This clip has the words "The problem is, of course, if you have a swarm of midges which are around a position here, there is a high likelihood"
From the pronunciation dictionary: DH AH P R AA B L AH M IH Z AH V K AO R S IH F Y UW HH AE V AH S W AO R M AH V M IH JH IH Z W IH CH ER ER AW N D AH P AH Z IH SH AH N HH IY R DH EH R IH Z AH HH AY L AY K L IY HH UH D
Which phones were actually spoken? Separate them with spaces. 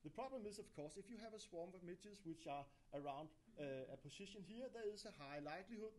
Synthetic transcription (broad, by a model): DH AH P R AA B L AH M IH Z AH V K AO S IH F Y UW HH AE V AH S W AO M AH V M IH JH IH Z W IH CH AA ER AW N D AH P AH S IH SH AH N HH IY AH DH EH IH S AH HH AY L AY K L IY HH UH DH